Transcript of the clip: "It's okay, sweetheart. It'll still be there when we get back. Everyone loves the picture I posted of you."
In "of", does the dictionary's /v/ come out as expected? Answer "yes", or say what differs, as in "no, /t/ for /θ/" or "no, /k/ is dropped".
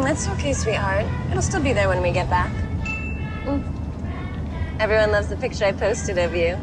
yes